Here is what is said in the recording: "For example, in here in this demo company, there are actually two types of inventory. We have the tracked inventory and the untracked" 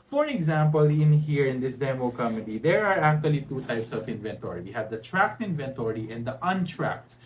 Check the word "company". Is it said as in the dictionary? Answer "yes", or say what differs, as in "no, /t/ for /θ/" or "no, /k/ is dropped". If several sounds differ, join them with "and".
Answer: no, /p/ is dropped